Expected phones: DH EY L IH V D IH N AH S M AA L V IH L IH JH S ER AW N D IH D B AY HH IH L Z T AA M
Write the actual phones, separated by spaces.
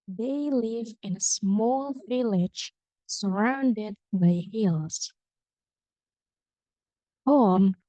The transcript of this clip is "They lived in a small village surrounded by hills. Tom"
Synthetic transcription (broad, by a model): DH EY L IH V IH N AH S M AA L V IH L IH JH S ER AW N D IH D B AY HH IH L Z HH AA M